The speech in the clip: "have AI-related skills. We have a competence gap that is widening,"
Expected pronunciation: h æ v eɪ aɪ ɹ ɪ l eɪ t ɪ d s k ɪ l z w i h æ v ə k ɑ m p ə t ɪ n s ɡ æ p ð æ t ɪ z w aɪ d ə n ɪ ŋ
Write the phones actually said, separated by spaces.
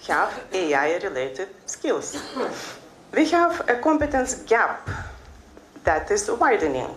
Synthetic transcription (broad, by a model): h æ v eɪ aɪ ɹ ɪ l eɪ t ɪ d s k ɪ l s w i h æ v ə k ɑ m p ə t ɪ n s ɡ æ p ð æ t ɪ s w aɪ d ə n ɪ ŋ